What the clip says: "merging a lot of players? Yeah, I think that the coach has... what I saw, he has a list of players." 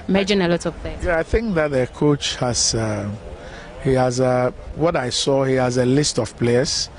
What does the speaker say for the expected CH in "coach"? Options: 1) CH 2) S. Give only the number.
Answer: 1